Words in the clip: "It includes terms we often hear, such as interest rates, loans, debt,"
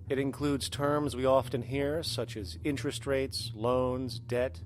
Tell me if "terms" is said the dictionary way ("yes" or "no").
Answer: yes